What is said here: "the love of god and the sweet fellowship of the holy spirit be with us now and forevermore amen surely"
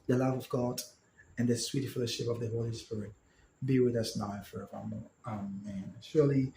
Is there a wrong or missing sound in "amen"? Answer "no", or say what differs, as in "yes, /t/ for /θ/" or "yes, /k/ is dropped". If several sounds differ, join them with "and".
no